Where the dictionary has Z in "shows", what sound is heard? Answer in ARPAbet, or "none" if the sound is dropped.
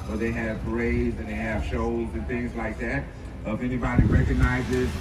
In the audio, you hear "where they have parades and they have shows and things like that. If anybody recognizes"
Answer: Z